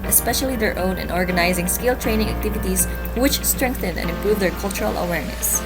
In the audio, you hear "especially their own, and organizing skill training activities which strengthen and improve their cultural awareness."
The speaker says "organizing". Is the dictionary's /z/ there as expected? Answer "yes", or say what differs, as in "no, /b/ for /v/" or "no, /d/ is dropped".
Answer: yes